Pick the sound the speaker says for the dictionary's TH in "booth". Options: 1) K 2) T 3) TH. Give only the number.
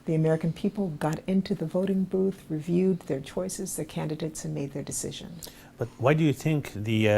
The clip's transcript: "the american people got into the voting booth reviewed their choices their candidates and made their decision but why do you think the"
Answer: 3